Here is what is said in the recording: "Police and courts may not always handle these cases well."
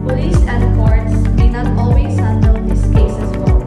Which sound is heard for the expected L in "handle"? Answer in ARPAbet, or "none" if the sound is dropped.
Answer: N